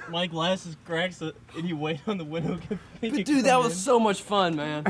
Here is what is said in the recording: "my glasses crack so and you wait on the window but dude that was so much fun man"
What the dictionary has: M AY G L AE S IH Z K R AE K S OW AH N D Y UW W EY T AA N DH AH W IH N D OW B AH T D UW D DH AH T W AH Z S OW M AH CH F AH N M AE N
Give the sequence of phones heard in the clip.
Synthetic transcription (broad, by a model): M AY G L AE S IH Z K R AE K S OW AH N Y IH W EY T N DH AH W IH N D OW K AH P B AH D DH AH T W AH Z S OW M AH CH F AH N M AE N